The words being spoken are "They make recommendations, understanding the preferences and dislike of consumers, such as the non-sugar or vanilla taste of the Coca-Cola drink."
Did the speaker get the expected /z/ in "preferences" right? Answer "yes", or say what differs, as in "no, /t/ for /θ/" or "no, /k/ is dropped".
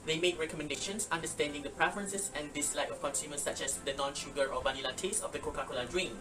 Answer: no, /s/ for /z/